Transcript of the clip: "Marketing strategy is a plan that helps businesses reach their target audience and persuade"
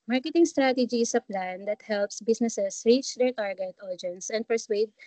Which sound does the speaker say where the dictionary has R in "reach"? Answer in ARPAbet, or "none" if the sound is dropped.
R